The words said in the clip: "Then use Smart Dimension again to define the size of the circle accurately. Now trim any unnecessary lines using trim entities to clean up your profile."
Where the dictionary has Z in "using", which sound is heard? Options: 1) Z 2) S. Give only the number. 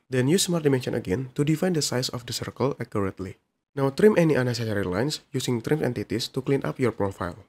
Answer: 2